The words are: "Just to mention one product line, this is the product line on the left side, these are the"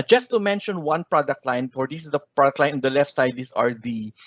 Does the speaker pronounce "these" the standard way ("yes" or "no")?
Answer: no